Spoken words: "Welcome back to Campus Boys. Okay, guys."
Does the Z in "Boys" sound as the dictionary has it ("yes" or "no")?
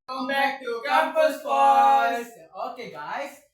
no